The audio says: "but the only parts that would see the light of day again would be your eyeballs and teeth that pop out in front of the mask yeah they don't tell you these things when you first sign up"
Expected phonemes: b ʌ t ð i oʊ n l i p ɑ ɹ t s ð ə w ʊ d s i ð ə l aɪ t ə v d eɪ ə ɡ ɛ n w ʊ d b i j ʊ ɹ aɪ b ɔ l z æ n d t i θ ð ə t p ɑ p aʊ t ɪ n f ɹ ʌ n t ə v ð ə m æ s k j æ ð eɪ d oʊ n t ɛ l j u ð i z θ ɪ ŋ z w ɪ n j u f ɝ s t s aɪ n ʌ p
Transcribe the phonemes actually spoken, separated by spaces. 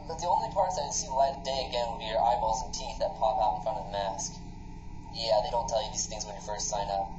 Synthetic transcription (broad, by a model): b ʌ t ð i oʊ n l i p ɑ ɹ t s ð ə s i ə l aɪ ə d eɪ ə ɡ ɛ n w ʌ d b i j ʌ ɹ aɪ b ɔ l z n t i θ ð ə t p ɑ p aʊ t n f ɹ ʌ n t ə v ð ə m æ s k j æ ð eɪ d oʊ n t ɛ l j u ð i z θ ɪ ŋ z w ɪ n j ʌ f ɝ s t s aɪ n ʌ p